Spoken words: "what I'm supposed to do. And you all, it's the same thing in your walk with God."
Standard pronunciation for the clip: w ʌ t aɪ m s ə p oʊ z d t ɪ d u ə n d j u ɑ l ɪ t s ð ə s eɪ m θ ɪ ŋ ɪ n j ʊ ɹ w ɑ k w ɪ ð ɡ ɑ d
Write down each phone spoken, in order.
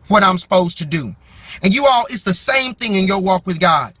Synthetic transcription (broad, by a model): w ʌ t aɪ m s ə p oʊ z t ɪ d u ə n j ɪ ɑ l ɪ t s ð ə s eɪ m θ ɪ ŋ ɪ n j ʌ ɹ w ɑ k w ɪ ð ɡ ɑ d